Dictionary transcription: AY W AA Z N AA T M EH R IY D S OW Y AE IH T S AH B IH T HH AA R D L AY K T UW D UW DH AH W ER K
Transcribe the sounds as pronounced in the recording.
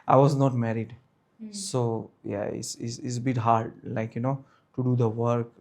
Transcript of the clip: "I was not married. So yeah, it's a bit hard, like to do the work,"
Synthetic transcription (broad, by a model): AY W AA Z N AA T M EH R IY D S OW Y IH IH S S AH B IH T HH AA R D L AY K T UW D UW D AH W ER K